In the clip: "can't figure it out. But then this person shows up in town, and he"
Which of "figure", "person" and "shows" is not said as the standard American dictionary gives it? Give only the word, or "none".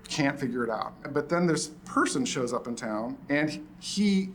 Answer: none